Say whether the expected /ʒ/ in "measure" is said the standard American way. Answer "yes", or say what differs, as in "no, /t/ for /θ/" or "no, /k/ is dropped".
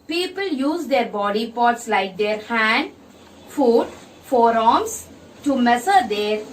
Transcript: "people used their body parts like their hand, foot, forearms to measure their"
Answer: no, /s/ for /ʒ/